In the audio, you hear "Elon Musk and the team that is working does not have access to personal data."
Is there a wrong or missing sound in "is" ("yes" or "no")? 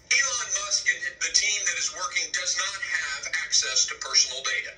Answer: no